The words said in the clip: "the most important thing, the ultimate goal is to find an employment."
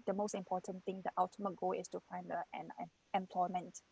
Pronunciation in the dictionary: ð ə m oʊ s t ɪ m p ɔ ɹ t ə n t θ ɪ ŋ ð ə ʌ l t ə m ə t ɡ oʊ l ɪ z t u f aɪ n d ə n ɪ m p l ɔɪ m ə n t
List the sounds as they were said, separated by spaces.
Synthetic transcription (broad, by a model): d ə m oʊ s t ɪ m p ɔ t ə n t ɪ ŋ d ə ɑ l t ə m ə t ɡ oʊ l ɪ s t u f aɪ n d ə n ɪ m p l ɔɪ m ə n t